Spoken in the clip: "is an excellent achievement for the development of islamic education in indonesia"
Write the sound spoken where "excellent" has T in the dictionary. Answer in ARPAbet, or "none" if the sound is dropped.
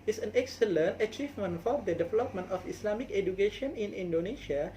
T